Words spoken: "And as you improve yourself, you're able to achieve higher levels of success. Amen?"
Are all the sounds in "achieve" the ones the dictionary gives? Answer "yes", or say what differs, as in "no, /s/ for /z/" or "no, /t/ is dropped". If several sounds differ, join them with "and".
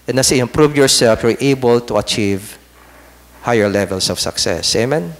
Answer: yes